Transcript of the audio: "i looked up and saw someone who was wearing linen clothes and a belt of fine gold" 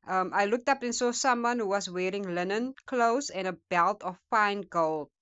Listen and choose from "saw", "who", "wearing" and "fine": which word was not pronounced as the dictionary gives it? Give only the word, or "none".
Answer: none